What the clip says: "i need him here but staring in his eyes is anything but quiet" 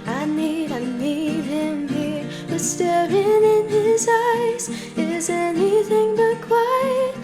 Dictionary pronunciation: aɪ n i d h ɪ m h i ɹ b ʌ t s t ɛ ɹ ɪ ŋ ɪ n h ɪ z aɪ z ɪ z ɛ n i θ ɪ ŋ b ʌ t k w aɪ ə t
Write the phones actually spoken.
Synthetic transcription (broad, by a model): aɪ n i d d ɪ m h i ɹ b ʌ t s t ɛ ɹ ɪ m ɪ n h ɪ z aɪ z ɪ z ɛ n i θ ɪ ŋ b ʌ t k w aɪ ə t